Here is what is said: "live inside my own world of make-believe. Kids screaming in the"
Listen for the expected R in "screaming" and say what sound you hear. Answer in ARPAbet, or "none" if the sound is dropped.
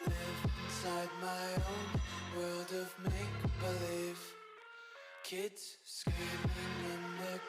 none